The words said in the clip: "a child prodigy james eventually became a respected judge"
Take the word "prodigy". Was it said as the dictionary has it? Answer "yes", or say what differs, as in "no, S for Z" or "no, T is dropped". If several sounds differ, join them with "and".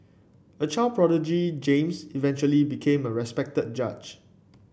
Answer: yes